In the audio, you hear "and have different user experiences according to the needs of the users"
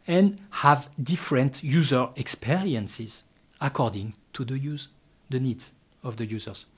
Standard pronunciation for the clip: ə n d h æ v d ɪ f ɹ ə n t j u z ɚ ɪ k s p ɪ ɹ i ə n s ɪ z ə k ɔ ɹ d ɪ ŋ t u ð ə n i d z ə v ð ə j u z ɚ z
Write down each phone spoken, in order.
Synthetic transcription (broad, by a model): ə n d h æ v d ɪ f ɹ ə n t j u z ɚ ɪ k s p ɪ ɹ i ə n s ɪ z ə k ɔ ɹ d ɪ ŋ t u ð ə n i d z ə v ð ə j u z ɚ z